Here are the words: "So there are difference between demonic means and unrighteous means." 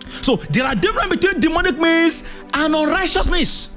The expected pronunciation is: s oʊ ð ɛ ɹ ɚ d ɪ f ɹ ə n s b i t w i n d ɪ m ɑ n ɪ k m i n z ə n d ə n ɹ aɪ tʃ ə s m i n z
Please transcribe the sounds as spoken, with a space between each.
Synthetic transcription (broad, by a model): s oʊ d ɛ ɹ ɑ d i f ɹ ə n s b i t w i n d ɪ m ɑ n ɪ k m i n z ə n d ə n ɹ aɪ tʃ ə s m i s